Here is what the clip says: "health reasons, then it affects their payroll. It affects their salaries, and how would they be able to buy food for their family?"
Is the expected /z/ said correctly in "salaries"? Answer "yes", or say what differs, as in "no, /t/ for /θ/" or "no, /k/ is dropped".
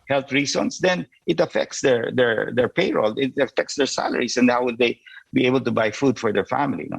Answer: no, /s/ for /z/